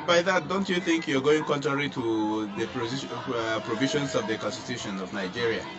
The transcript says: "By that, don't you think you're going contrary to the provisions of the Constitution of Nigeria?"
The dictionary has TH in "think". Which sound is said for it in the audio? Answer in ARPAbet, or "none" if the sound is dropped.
TH